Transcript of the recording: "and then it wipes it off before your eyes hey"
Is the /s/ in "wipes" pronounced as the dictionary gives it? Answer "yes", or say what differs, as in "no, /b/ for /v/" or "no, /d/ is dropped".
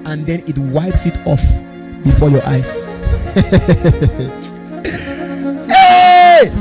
yes